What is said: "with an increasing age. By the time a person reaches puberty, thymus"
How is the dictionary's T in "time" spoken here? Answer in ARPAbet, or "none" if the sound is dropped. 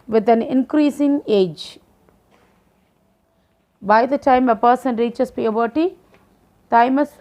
T